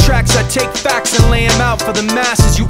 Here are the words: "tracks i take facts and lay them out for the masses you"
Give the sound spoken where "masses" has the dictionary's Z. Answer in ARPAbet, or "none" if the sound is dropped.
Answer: Z